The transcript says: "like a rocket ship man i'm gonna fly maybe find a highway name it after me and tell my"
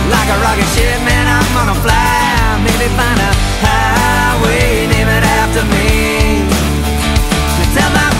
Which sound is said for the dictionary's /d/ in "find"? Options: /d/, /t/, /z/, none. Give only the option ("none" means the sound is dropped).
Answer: none